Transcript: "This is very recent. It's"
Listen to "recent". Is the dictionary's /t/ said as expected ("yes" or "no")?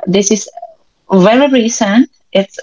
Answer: yes